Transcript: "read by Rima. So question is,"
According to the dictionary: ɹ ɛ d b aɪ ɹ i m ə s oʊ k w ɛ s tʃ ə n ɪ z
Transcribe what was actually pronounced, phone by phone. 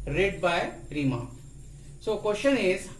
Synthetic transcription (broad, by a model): ɹ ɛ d b aɪ ɹ i m ə s oʊ k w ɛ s ʃ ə n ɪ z